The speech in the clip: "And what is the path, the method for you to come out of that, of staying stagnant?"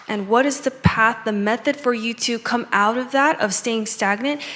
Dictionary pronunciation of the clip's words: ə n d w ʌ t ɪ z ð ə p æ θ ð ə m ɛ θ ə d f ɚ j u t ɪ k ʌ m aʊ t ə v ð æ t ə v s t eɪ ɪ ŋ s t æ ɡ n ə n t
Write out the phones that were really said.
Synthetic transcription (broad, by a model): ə n w ʌ t ɪ z ð ə p æ θ ð ə m ɛ θ ə d f ɚ j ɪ t ɪ k ʌ m aʊ t ə v ð æ t ə v s t eɪ ɪ ŋ s t æ ɡ n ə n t